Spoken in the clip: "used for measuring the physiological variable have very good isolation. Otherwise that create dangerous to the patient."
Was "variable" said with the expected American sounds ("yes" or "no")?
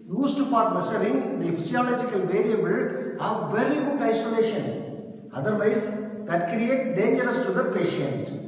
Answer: yes